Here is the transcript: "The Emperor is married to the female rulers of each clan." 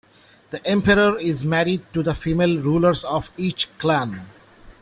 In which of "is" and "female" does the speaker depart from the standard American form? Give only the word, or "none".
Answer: none